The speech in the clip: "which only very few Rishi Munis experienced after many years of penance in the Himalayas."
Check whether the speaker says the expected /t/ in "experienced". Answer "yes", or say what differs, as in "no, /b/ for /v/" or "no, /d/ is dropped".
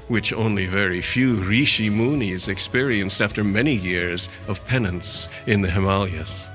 yes